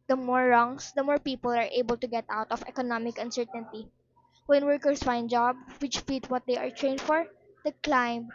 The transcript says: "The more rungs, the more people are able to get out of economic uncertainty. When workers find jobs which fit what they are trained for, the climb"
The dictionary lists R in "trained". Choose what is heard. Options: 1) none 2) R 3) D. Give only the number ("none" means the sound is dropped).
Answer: 2